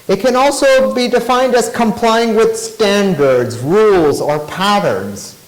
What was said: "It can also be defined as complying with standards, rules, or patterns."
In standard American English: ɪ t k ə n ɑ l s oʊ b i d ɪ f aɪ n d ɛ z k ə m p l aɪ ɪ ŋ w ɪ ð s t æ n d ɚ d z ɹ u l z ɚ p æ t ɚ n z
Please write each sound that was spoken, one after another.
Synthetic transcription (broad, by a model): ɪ t k ə n ɑ l s oʊ b i d ɪ f aɪ n d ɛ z k ə m p l aɪ ɪ ŋ w ɪ ð s t æ n d ɚ d z ɹ u l z ɚ p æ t ɚ n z